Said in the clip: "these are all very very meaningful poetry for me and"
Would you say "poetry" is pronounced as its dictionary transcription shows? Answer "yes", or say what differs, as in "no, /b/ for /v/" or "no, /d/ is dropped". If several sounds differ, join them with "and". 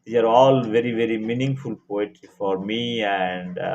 no, /ɹ/ is dropped